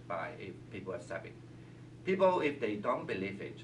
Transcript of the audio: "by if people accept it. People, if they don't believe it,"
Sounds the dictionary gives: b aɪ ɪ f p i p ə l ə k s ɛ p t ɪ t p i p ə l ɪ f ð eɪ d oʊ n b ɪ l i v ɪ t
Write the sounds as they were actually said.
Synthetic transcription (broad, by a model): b aɪ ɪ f p i p ə l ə s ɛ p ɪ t p i p ə l ɪ f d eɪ d oʊ n b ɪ l i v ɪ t